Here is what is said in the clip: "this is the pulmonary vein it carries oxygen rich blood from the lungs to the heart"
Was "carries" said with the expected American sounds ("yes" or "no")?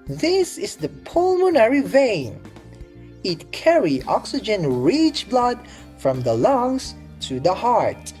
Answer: no